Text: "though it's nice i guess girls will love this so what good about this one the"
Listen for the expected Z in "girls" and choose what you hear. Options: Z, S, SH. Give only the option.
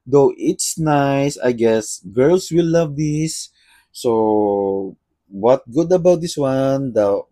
S